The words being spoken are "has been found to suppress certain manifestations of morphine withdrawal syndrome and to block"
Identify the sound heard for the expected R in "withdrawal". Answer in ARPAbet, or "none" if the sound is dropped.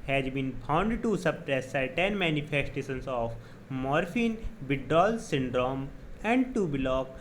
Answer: none